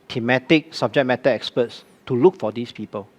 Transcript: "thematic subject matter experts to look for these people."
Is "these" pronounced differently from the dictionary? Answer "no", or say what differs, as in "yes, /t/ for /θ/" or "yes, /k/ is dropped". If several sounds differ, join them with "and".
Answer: yes, /s/ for /z/